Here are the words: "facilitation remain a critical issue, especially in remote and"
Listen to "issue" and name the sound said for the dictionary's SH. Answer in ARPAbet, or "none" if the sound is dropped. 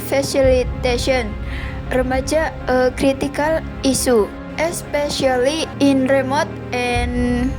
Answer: S